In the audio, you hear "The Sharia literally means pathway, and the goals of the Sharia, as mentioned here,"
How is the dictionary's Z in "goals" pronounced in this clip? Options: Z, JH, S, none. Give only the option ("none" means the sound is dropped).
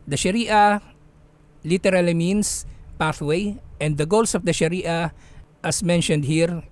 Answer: S